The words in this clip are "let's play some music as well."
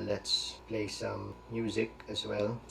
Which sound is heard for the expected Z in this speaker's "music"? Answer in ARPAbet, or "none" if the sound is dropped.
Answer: Z